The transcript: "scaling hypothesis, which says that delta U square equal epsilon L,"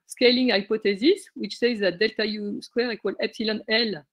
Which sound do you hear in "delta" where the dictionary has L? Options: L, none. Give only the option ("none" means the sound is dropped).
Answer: L